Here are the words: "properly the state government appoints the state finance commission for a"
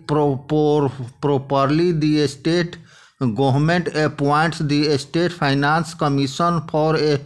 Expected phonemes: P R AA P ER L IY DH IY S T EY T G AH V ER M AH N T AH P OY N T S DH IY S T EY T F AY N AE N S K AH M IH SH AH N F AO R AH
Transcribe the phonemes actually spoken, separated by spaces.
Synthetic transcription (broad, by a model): P R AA P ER L IY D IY S T EY T G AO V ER M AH N T AH P OY N T S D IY S T EY T P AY N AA N S K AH M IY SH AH N P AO R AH